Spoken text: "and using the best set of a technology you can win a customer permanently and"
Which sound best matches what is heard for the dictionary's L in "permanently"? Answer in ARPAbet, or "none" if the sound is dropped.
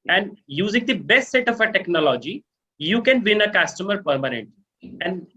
none